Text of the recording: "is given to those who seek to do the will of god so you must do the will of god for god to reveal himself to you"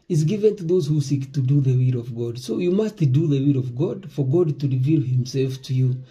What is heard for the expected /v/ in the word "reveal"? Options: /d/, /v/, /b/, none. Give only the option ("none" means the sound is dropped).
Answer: /v/